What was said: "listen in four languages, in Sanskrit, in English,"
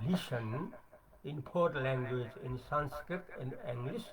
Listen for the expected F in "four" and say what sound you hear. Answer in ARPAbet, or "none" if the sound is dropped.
P